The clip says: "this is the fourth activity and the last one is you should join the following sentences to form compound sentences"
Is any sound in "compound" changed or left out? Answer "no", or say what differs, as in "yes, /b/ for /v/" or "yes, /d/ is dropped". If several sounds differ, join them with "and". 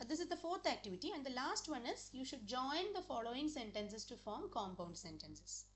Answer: no